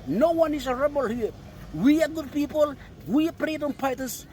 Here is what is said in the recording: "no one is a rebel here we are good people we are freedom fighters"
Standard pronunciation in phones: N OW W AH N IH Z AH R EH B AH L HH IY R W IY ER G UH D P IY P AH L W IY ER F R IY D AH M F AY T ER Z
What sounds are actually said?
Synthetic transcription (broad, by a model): N OW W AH N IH S AH R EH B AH L HH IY W IY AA G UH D P IY P AH L W IY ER P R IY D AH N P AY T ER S